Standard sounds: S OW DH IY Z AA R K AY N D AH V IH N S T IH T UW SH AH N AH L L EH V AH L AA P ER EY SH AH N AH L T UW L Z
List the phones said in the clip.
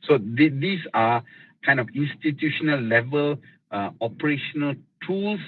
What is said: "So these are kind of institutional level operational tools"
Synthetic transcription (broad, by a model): S OW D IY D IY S K AY N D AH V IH N S T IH T UW SH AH N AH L L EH V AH L AA P ER EY SH AH N AH L T UW L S